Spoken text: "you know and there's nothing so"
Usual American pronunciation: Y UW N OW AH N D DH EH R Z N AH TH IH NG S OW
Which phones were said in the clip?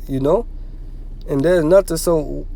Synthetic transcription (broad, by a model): Y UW N OW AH N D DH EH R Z N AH T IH S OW